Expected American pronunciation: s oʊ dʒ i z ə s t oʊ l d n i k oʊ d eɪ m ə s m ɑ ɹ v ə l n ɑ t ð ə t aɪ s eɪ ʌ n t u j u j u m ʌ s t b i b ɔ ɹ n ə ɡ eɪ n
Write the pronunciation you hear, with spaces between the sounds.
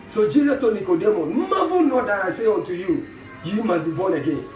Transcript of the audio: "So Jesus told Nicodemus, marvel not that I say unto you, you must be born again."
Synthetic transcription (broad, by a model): s oʊ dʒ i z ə t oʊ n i k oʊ d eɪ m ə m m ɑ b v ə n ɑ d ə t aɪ s eɪ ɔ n t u j u j u m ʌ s b i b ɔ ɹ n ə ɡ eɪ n